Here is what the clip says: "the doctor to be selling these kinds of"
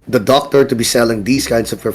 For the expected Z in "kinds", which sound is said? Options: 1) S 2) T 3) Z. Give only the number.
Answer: 1